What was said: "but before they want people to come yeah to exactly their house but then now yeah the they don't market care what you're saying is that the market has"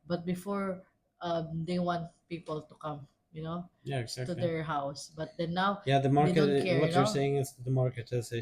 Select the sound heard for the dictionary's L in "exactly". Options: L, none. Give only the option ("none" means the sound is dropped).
none